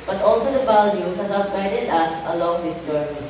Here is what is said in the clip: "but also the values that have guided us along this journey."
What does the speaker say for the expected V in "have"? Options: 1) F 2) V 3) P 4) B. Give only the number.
3